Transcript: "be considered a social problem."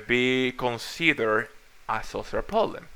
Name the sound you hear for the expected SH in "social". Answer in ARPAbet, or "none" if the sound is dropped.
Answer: S